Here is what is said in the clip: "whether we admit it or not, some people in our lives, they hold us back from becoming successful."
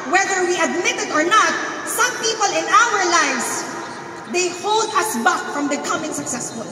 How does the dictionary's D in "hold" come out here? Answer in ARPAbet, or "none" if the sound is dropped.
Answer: D